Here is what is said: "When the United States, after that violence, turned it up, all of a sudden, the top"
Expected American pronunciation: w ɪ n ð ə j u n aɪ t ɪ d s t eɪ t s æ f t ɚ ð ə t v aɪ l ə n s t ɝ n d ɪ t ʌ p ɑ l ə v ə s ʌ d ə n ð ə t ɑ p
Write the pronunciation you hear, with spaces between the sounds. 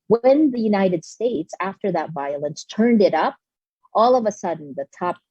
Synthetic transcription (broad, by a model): w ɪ n ð ə j u n aɪ t ɪ d s t eɪ t s æ f t ɚ ð ə t v aɪ l ə n s t ɝ n d ɪ t ʌ p ɑ l ə v ə s ʌ d n ð ə t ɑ p